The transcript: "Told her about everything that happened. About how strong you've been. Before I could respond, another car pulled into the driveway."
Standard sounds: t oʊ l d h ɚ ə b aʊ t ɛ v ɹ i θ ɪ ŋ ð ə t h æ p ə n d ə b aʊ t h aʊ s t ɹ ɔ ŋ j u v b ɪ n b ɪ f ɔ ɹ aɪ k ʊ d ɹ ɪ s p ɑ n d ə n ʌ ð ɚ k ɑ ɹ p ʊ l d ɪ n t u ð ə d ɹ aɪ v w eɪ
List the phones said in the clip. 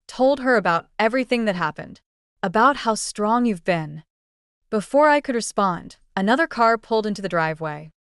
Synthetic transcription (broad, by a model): t oʊ l d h ɚ ə b aʊ t ɛ v ɹ i θ ɪ ŋ ð ə t h æ p ə n d ə b aʊ t h aʊ s t ɹ ɔ ŋ j u v b ɪ n b ɪ f ɔ ɹ aɪ k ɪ d ɹ ɪ s p ɑ n d ə n ʌ ð ɚ k ɑ ɹ p ʊ l d ɪ n t u ð ə d ɹ aɪ v w eɪ